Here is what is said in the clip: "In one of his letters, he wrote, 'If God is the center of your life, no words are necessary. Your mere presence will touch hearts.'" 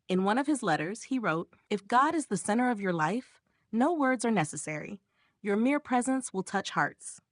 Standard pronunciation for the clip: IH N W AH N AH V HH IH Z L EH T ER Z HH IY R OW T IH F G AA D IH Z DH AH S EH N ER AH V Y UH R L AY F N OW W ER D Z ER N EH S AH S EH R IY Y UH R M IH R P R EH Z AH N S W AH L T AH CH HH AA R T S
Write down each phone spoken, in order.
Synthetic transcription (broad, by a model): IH N W AH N AH V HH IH Z L EH T ER Z HH IY R OW T IH F G AA D IH Z DH AH S EH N ER AH V Y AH R L AY F N OW W ER D Z ER N EH S AH S EH R IY Y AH R M IH R P R EH Z AH N S W AH L T AH CH HH AA R T S